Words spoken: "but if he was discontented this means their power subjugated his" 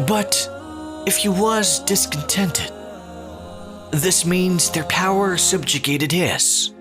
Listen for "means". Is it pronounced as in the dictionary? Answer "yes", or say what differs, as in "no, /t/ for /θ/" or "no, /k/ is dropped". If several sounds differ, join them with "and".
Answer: yes